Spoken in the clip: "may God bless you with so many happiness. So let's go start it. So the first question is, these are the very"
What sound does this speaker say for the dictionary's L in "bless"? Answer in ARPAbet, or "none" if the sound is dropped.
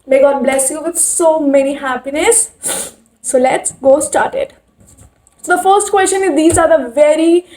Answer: L